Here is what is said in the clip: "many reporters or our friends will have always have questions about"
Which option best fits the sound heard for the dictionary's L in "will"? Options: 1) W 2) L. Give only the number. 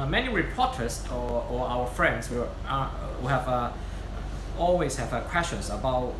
1